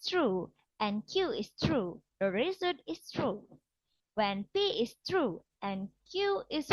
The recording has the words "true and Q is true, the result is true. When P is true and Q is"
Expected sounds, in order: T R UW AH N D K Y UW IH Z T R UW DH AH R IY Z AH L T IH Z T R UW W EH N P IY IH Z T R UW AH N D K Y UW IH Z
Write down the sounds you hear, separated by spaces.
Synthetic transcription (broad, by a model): T R UW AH N K Y UW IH S T R UW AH R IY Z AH T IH S T R UW W EH N P IY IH S T R UW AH N K Y UW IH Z